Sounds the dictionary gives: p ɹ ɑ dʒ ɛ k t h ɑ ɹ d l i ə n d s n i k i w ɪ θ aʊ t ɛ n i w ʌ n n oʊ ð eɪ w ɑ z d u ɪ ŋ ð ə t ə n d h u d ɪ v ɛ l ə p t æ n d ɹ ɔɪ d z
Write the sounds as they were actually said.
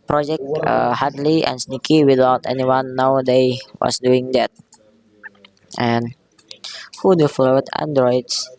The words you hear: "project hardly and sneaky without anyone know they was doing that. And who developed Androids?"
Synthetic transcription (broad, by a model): p ɹ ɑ dʒ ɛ k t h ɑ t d l i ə n s n i k i w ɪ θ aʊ t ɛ n i w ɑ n n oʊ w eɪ w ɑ s d u ɪ ŋ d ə t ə n h u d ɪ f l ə t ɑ n d ɹ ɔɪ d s